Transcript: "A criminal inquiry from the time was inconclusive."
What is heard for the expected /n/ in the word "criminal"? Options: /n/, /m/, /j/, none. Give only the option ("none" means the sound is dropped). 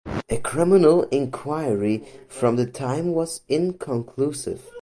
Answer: /n/